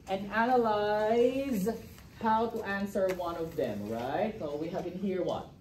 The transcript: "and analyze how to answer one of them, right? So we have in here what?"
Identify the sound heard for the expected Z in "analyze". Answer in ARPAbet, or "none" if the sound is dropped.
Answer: Z